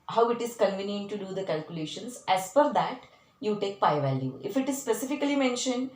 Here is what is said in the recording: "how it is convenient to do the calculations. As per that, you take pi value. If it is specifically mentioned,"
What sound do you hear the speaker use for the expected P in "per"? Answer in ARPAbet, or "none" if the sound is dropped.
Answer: F